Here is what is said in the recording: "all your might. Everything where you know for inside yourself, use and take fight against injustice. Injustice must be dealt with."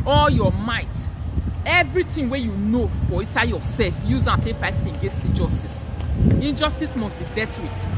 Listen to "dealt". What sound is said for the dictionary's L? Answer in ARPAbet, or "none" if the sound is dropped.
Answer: none